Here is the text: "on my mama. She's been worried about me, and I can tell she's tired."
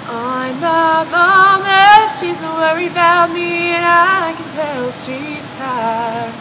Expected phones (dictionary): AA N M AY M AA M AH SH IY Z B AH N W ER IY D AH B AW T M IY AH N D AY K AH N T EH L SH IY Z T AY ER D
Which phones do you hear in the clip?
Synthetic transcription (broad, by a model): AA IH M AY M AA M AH SH IY Z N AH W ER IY AH B AW T M IY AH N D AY K AH N T EH L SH IY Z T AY